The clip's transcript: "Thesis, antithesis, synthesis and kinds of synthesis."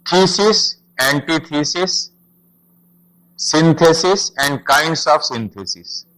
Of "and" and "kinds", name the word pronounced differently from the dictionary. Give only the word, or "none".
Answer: kinds